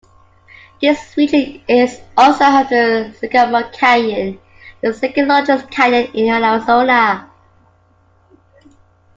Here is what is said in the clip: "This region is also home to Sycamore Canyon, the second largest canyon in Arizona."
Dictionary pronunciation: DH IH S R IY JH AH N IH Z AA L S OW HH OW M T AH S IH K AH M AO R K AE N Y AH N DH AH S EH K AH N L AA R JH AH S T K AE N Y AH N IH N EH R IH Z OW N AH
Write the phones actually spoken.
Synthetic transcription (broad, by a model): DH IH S W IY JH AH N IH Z AA L S OW HH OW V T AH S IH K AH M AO K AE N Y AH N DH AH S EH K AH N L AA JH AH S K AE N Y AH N IH N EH L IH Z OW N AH